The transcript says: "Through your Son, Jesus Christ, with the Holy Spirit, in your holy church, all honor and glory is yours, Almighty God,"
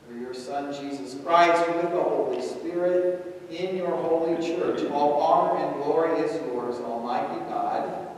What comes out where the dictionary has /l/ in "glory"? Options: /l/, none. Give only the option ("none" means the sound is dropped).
/l/